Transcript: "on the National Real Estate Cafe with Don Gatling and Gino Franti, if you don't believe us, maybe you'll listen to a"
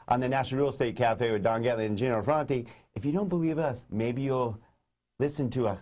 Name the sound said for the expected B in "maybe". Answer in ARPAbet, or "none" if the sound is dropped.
B